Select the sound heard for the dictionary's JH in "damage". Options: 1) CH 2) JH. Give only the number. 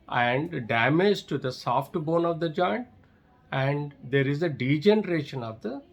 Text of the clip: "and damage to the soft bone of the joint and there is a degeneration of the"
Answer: 2